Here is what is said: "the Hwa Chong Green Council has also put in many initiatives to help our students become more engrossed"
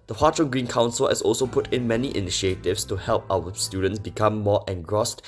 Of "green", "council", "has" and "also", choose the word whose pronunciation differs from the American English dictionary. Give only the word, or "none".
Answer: has